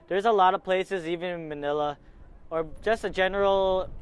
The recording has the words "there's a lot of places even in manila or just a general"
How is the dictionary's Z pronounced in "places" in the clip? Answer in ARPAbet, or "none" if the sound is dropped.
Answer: Z